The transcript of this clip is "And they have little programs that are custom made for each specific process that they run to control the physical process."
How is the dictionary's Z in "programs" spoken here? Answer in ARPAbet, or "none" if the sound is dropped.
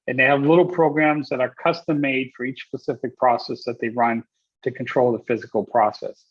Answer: Z